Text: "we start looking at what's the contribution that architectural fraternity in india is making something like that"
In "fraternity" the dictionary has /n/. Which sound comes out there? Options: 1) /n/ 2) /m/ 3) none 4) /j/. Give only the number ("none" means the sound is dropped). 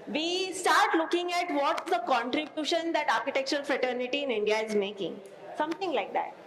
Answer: 1